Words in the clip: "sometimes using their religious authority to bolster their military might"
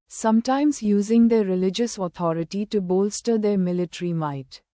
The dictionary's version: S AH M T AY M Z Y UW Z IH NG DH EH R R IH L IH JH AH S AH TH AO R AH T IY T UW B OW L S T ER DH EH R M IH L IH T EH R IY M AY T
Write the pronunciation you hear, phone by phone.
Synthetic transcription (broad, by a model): S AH M T AY M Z Y UW Z IH NG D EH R R IH L IH JH AH S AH T AO R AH T IY T UW B OW L S T ER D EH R M IH L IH T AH R IY M AY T